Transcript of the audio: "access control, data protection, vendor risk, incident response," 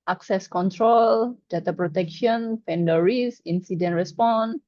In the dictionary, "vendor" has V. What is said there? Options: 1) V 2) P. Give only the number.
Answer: 2